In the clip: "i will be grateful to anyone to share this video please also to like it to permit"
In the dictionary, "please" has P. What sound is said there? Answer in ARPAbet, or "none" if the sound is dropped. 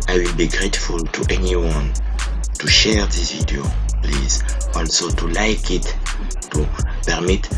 P